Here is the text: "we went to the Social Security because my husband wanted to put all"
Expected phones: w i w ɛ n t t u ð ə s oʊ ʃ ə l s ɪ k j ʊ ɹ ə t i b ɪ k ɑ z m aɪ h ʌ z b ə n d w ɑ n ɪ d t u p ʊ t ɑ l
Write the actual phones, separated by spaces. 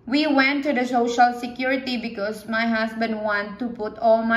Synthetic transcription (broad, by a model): w i w ɛ n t t u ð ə s oʊ ʃ ə l s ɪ k j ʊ ɹ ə t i b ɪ k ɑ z m aɪ h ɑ s b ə n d w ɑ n t u p ʊ t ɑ l